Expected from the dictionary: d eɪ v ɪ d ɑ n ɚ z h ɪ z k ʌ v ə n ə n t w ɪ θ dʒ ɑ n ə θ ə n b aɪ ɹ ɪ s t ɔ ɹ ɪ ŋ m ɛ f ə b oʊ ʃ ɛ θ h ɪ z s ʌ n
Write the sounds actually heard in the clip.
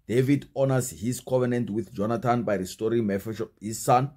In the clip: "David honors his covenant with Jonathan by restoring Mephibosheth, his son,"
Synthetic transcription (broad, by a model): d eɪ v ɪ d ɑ n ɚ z h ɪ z k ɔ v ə n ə n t w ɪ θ dʒ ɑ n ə t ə n b aɪ ɹ ɪ s t ɔ ɹ ɪ ŋ m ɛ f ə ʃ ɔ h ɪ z s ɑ n